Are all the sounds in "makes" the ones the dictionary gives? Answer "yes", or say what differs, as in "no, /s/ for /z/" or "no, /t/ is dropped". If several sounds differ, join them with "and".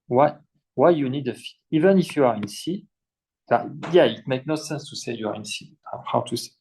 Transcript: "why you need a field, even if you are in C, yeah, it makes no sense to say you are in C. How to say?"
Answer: no, /s/ is dropped